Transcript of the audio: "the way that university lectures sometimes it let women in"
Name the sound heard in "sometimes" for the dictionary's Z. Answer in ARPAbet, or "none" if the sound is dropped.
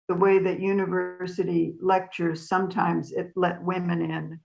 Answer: Z